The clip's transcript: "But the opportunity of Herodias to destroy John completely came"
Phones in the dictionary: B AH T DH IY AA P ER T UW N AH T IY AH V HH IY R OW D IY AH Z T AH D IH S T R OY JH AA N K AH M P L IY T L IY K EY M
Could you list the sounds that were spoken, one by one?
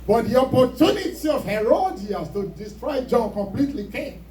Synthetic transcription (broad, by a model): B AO T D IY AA P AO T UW N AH T IY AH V HH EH R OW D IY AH S T AH D IH S T R OY JH AA N K AH M P L IY T L IY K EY